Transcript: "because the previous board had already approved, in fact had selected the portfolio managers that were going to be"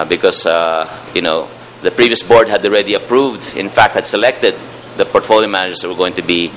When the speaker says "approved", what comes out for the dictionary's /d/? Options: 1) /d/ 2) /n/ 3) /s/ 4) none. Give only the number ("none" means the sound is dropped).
1